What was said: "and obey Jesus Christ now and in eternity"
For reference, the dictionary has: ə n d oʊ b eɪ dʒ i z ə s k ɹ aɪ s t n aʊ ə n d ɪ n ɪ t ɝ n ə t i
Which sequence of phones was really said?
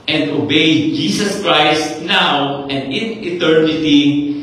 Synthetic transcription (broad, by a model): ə n d oʊ b eɪ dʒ i s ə s k ɹ aɪ s t n aʊ ə n d ɪ n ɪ t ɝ n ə t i